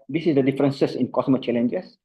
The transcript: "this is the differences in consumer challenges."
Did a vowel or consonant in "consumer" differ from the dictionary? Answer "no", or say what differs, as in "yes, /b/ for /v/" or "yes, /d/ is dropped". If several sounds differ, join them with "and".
yes, /n/ is dropped